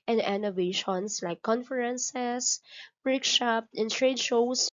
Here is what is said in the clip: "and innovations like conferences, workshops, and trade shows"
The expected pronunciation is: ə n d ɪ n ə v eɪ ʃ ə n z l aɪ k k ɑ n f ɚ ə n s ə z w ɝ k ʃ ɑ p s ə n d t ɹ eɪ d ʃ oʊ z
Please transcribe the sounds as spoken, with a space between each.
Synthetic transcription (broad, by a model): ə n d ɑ n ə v eɪ ʃ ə n s l aɪ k k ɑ n f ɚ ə n s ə s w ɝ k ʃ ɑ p ə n t ɹ eɪ d ʃ oʊ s